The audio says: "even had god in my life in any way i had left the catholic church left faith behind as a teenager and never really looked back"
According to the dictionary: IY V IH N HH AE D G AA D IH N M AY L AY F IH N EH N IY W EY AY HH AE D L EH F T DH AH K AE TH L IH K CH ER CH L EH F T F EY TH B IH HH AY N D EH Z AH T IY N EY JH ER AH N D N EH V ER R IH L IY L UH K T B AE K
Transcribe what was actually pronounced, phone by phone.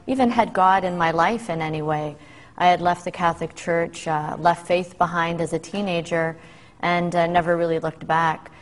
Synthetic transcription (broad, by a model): IY V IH N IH D G AA D IH N M AY L AY F IH N EH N IY W EY AY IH D L EH F T DH AH K AE TH L IH K CH ER CH L EH F T F EY TH B IH HH AY N D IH Z AH T IY N EY JH ER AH N N EH V ER R IH L IY L UH K T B AE K